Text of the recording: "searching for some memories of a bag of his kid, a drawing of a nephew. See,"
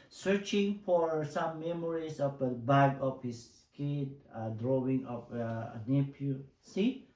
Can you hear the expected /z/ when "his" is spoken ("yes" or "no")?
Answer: no